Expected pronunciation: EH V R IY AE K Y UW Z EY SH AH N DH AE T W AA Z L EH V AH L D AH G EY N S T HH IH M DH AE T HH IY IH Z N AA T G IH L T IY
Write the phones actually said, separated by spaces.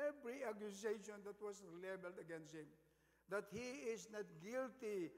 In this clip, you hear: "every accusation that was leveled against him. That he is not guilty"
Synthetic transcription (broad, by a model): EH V R IY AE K Y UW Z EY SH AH N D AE T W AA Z L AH B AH L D AH G EY N S T HH IH M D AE T HH IY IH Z N AA T G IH L T IY